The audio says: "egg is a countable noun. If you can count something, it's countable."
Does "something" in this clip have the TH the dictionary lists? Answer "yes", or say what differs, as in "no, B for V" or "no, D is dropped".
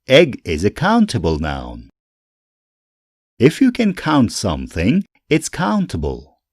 yes